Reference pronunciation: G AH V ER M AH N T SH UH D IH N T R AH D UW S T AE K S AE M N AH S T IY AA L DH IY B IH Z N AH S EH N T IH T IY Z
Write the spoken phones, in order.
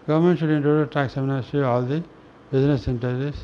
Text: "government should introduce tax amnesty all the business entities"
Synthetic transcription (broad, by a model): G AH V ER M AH N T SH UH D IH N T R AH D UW T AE K S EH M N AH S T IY AA L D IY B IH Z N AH S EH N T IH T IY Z